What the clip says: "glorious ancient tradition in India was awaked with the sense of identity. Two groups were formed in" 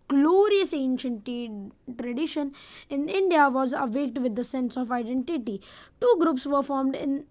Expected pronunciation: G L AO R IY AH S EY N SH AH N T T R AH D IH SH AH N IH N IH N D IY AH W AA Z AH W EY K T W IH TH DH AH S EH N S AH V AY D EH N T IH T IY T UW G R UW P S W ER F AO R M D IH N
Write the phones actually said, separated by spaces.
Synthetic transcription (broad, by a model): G L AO R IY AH S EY N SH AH N T T R AH D IH SH AH N IH N IH N D IY AH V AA Z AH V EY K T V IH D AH S EH N S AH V AY D EH N T IH T IY T UW G R UW P S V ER F AO R M D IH N